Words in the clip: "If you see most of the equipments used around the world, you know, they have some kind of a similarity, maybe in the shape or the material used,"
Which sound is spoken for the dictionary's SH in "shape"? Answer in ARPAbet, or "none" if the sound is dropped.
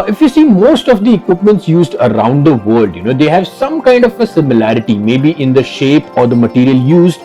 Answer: SH